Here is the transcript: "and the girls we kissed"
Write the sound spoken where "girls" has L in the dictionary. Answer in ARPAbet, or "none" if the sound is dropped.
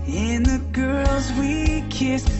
L